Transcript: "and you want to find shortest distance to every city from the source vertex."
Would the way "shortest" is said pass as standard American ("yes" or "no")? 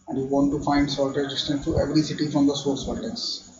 no